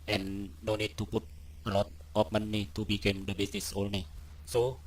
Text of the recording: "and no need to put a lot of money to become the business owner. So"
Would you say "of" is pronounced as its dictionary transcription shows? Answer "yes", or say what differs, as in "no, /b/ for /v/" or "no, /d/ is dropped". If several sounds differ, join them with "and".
no, /p/ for /v/